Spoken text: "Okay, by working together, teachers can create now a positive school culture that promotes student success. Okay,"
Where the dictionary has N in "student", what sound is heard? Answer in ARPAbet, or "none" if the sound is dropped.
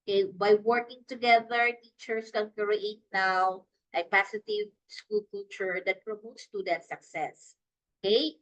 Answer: none